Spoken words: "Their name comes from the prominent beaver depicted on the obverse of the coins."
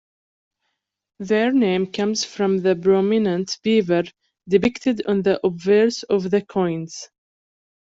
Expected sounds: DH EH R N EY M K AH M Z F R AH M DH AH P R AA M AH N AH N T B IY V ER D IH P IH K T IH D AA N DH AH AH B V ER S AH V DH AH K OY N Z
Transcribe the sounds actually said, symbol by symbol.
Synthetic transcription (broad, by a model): DH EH R N EY M K AH M Z F R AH M DH AH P R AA M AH N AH N T B IY V ER D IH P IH K T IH D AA N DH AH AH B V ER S AH V DH AH K OY N Z